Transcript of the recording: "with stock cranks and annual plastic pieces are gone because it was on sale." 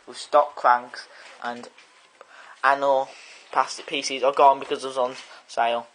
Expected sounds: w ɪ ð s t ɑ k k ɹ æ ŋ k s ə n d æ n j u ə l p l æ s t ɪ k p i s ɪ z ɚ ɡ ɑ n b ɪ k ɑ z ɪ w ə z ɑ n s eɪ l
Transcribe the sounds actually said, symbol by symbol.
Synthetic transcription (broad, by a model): w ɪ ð s t ɑ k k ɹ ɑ ŋ k s ə n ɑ n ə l p ɑ s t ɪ p i s ɪ z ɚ ɡ ɑ n b ɪ k ɑ z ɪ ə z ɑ n s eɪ l